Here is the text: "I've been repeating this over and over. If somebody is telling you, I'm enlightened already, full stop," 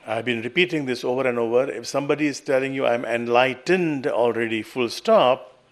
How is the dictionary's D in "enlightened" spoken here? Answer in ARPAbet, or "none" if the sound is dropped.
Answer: D